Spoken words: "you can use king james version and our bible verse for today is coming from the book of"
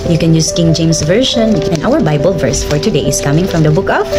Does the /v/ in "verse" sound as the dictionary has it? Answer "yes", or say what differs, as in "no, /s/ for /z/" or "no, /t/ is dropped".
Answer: yes